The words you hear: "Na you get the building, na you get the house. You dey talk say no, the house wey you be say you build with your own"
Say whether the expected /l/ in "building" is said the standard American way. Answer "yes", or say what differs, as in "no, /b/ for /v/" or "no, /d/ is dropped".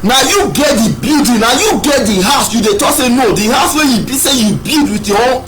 no, /l/ is dropped